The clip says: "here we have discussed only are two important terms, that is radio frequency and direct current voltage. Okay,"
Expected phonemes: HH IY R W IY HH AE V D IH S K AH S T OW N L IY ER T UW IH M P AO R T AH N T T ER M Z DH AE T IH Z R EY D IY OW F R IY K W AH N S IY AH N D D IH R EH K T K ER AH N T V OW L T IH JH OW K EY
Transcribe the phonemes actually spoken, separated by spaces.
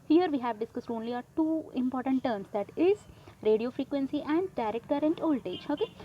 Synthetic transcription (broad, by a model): HH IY R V IY HH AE V D IH S K AH S T OW N L IY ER T UW IH M P AO R T AH N T T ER M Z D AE T IH Z R EY D IY OW F R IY K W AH N S IY AH N D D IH R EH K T K ER AH N T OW L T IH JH OW K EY